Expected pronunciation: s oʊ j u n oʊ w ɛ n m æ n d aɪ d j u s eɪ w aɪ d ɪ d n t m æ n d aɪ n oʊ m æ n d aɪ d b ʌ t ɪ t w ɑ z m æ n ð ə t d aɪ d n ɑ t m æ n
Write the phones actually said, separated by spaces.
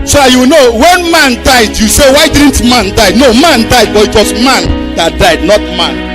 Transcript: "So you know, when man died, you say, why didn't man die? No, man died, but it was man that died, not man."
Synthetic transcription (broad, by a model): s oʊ j u n oʊ w ɛ n m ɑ n d aɪ d j u s eɪ w aɪ d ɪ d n t m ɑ n d aɪ n oʊ m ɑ n d aɪ d b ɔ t ɪ t w ɑ s m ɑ n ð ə t d aɪ d n ɑ t m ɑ n